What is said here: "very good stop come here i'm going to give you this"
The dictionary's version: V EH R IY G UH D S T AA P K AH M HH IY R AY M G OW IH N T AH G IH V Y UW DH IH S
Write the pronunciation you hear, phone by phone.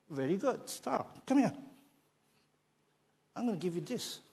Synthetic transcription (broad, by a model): V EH R IY G UH D S T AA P K AH M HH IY AY M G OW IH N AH G IH V Y UW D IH S